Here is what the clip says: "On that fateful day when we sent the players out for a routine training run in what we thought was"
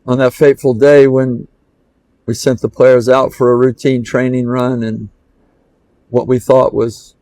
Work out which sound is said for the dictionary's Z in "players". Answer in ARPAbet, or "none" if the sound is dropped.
Z